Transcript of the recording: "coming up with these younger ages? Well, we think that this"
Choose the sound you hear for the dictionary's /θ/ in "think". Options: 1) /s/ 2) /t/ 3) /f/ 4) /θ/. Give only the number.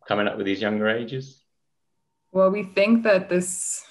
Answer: 4